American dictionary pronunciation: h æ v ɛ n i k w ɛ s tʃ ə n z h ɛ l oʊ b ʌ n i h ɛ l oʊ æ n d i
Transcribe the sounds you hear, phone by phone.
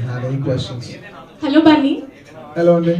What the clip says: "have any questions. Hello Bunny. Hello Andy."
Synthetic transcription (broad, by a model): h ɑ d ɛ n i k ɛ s ə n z h ɛ l oʊ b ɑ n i h ɛ l oʊ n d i